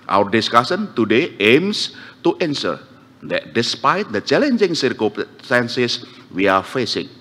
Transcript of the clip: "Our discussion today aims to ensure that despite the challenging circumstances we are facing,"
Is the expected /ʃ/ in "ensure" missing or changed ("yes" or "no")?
yes